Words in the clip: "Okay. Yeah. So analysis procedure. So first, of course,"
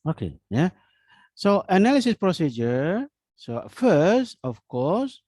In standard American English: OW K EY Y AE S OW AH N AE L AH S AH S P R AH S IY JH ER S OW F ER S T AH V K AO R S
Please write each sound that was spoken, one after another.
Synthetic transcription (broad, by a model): OW K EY Y AE S OW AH N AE L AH S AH S P R AH S IY JH ER S OW F ER S T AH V K AO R S